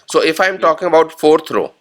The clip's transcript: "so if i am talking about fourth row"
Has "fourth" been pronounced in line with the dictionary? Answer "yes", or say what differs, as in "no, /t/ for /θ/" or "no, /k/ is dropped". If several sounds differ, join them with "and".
no, /t/ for /θ/